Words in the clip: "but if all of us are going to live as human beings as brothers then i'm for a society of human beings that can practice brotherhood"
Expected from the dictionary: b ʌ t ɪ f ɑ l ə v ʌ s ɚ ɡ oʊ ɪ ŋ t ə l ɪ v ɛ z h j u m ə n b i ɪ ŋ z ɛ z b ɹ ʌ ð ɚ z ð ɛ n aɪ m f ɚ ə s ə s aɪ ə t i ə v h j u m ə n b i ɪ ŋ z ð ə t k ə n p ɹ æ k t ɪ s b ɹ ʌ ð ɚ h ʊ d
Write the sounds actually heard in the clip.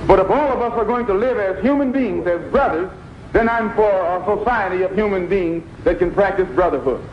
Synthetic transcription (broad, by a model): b ʌ t ɪ f ɑ l ə v ʌ s ɚ ɡ oʊ ɪ ŋ t ə l ɪ v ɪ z h j u m ə n b i ɪ ŋ z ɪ z b ɹ ʌ ð ɚ z ð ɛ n aɪ m f ɚ ə s ə s aɪ ə t i ə v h j u m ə n b i ɪ ŋ z ð ə t k ə n p ɹ æ k t ɪ s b ɹ ʌ ð ɚ h ʊ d